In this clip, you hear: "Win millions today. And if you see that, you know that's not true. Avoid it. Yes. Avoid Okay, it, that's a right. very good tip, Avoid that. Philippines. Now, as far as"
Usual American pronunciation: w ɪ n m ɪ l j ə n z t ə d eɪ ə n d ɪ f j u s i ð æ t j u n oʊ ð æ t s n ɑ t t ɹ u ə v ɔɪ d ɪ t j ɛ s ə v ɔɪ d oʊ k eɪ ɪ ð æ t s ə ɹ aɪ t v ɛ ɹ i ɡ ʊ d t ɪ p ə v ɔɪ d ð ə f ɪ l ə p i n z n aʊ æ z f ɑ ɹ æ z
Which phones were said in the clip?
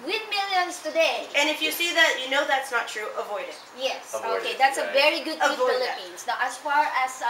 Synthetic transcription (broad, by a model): w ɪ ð m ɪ l j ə n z t ə d eɪ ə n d ɪ f j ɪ s i ð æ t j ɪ n oʊ ð æ t s n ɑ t t ɹ u ə v ɔɪ d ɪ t j ɛ s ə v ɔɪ oʊ k eɪ ɪ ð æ t s ə v ɛ ɹ i ɡ ʊ d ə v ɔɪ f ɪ l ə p i n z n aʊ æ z f ɑ ɹ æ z